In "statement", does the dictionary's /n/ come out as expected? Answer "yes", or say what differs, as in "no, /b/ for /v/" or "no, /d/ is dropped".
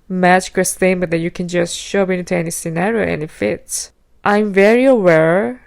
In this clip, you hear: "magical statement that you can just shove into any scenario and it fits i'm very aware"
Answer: no, /n/ is dropped